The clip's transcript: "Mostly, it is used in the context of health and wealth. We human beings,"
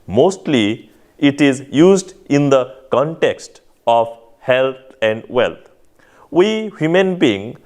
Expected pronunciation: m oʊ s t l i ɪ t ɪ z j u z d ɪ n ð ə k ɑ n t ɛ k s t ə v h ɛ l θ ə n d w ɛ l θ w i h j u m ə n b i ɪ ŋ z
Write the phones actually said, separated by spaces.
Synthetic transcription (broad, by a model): m oʊ s t l i ɪ t ɪ z j u z d ɪ n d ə k ɑ n t ɛ k s t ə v h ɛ l t ə n d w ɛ l t w i h j u m ə n b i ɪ ŋ